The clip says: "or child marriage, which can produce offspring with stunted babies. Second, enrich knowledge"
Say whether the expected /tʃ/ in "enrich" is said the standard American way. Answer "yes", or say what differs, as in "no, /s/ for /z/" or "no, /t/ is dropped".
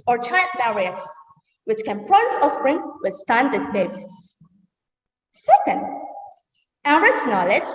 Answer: no, /s/ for /tʃ/